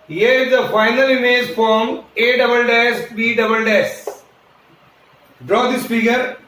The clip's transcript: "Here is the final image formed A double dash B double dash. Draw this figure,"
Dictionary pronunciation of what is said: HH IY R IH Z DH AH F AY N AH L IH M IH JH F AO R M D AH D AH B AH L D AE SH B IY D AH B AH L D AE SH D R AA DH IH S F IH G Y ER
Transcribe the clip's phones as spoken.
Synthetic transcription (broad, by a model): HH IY R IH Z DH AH F AY N AH L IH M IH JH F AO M AH D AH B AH L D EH S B IY D AH B AH L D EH S D R AA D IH S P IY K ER